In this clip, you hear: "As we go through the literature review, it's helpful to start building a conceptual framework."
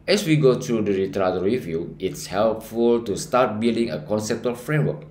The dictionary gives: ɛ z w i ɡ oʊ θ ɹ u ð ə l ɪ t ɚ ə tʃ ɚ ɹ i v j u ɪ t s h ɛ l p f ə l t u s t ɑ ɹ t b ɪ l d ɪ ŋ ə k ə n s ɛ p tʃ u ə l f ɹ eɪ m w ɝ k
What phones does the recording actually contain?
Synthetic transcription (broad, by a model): ɛ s w i ɡ oʊ t ɹ u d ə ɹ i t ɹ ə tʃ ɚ ɹ i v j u ɪ t s h ɛ l p f ə l t u s t ɑ t b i l d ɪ ŋ ə k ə n s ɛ p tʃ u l f ɹ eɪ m w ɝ k